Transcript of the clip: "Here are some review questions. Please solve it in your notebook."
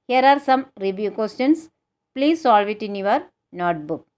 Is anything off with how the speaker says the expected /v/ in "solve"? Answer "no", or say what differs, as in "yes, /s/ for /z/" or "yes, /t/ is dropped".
no